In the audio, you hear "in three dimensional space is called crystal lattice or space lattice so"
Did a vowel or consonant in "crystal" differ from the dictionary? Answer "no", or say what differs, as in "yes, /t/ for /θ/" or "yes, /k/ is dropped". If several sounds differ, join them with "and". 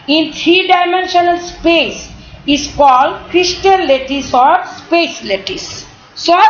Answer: yes, /n/ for /l/